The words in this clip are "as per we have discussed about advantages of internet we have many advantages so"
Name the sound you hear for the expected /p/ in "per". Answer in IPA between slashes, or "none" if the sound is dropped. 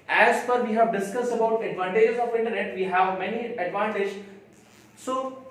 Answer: /f/